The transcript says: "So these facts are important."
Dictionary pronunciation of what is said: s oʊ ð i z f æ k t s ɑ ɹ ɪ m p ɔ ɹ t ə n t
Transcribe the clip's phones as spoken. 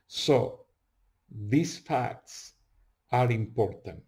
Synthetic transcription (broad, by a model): s oʊ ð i s f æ k t s ɑ ɹ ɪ m p ɔ ɹ t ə n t